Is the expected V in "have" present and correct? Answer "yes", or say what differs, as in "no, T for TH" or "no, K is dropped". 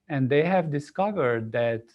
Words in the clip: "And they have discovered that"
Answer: yes